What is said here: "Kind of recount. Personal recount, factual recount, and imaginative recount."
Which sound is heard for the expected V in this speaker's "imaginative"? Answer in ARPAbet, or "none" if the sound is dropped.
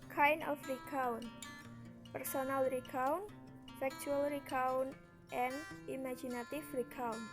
F